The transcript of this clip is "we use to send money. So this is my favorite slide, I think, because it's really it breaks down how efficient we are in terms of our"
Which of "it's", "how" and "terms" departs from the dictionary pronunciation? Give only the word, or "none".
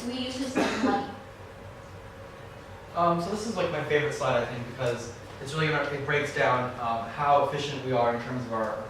none